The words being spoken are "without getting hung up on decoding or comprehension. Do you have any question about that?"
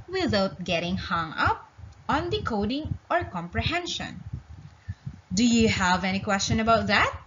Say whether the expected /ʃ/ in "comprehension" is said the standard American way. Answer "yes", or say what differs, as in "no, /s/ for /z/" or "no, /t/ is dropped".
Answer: yes